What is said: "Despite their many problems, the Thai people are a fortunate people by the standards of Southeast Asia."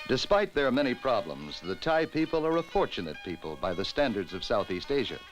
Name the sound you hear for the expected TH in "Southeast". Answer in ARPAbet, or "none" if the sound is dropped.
TH